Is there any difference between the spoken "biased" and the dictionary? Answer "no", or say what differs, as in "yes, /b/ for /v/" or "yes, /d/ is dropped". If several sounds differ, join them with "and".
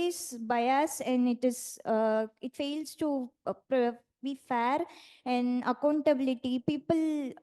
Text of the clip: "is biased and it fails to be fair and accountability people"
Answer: yes, /t/ is dropped